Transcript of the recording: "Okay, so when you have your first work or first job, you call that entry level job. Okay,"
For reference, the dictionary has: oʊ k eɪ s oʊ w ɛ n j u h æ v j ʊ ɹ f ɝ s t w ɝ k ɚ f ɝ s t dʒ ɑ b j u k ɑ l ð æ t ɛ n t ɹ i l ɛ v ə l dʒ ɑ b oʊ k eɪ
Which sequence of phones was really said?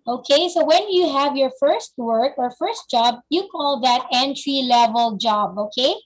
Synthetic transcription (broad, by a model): oʊ k eɪ s oʊ w ɛ n j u h æ v j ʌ ɹ f ɝ s t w ɝ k ɚ f ɝ s t dʒ ɑ b j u k ɑ l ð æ t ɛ n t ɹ i l ɛ v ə l dʒ ɑ b oʊ k eɪ